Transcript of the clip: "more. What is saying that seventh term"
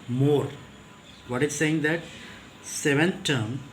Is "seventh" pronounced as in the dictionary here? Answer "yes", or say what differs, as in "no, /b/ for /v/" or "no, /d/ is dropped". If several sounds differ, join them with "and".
no, /t/ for /θ/